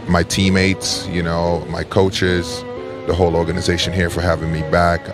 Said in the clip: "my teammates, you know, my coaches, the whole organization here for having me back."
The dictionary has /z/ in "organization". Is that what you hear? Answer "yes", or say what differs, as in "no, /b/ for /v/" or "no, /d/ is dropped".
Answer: yes